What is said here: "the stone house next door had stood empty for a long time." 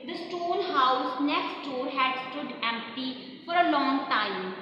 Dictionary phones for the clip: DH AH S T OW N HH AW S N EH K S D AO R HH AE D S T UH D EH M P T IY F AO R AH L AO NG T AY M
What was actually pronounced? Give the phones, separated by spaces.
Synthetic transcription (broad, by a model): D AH S T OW L HH AW S N EH K S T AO R HH AE D S T UH D EH M P T IY F AO R AH L AO NG T AY M